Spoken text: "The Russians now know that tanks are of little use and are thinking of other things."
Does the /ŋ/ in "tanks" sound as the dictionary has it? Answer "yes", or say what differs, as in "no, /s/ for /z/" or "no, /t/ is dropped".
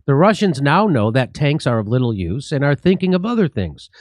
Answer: yes